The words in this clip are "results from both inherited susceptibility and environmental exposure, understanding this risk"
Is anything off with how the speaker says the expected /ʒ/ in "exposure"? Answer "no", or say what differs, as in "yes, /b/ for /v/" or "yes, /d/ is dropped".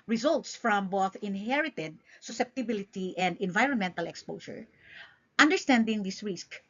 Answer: yes, /ʃ/ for /ʒ/